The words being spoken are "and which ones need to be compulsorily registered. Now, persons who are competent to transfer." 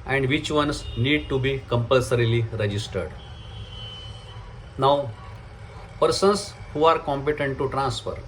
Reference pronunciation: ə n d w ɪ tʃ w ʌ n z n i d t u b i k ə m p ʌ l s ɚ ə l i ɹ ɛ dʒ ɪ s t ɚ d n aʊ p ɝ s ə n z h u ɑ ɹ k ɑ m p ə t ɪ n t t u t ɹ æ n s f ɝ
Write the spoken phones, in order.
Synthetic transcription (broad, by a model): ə n d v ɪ tʃ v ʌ n s n i d t u b i k ə m p ʌ l s ɚ ə l i ɹ ɛ dʒ ɪ s t ɚ d n aʊ p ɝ s ə n s h u ɑ ɹ k ɑ m p ə t ɪ n t t u t ɹ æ n s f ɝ